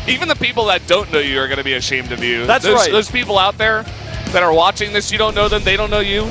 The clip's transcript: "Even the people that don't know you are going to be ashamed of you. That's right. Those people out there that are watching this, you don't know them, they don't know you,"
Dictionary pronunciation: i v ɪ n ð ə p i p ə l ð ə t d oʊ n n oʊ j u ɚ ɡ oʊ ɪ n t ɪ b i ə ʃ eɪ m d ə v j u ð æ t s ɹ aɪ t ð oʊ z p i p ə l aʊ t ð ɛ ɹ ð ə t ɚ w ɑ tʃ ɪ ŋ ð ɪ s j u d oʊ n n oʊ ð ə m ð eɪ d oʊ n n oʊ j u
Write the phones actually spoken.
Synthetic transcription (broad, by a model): i v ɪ n ð ə p i p l ð ə t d oʊ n n oʊ j u ɚ ɡ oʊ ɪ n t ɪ b i ə ʃ eɪ m d ə v j u ð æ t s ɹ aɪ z ð oʊ z p i p l aʊ t ð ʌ ɹ ð ə t ɚ w ɑ tʃ ɪ ŋ ð ɪ s j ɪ d oʊ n n oʊ ð ə m ð eɪ d oʊ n n oʊ j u